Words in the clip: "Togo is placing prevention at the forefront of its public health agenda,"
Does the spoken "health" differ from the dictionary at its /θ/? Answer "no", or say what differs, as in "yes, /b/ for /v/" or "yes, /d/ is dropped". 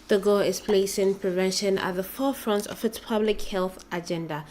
no